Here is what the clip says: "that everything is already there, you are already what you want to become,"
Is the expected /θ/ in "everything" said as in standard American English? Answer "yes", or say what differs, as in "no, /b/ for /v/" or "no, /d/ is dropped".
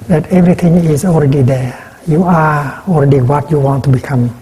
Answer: no, /t/ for /θ/